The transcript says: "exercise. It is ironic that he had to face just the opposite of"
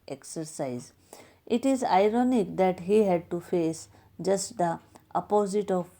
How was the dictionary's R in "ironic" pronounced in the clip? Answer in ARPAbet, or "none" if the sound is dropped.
R